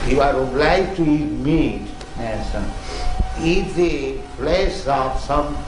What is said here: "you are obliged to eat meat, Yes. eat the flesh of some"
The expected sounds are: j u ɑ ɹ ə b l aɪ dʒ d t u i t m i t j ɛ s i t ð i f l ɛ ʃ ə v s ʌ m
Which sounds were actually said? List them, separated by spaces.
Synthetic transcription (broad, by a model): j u ɑ ɹ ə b l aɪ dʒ t u i t m i t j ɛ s i t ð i p l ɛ s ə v s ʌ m